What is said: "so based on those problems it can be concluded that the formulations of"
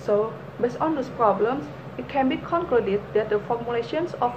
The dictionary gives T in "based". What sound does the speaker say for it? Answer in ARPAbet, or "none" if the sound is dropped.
none